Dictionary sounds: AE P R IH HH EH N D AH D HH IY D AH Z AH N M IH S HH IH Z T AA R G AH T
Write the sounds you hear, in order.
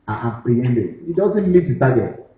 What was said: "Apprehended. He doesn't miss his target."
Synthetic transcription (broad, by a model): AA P R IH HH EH N D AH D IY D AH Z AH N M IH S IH S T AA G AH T